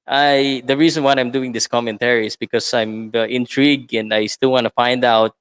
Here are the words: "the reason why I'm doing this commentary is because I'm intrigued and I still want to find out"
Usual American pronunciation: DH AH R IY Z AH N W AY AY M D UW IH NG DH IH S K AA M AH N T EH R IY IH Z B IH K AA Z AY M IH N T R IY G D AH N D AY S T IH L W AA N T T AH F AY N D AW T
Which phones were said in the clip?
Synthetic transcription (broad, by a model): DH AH R IY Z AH N W AY AY M D UW IH NG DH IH S K AA M AH N T EH R IY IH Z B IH K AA S AY M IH N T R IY G AH N D AY S T IH L W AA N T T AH F AY N D AW T